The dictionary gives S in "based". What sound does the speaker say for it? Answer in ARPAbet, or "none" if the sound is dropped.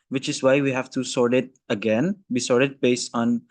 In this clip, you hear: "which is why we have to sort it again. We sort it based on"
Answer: S